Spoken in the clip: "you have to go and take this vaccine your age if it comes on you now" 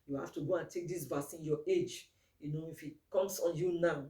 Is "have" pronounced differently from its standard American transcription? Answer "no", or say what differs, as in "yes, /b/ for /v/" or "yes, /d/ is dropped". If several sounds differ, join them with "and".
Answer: yes, /f/ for /v/